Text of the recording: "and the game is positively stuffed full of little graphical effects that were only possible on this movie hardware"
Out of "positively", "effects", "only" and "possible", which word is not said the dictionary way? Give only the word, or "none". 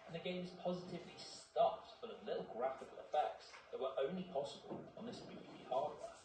none